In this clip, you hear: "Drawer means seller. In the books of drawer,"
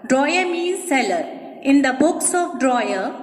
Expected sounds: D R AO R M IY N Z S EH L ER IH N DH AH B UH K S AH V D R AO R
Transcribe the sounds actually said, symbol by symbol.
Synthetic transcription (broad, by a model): D R AO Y M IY Z S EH L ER IH N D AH B UH K S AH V D R AO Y